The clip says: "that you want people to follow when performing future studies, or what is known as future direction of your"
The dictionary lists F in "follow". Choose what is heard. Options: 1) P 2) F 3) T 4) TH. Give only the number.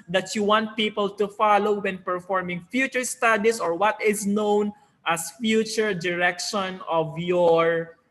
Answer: 2